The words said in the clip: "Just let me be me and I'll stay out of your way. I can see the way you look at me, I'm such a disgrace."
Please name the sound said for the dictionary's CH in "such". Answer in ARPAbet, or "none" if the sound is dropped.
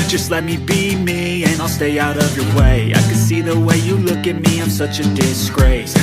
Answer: CH